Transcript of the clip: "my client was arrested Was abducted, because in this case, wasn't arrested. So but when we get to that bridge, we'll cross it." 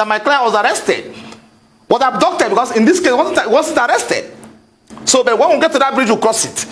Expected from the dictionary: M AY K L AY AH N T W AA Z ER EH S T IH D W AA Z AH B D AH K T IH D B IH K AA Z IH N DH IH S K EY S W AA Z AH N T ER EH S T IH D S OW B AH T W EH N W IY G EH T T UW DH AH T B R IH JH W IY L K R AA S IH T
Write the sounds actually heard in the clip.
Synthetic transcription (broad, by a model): M AY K L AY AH W AA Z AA EH S T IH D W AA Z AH D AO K T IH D B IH K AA S IH N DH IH S K EY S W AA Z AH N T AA EH S T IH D S OW B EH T W EH N W IY G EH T T UW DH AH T B R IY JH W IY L K R AA S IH T